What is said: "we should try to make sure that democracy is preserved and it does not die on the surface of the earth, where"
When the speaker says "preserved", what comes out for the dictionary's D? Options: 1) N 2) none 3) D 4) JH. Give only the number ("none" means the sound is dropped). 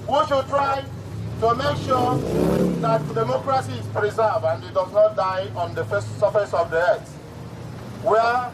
2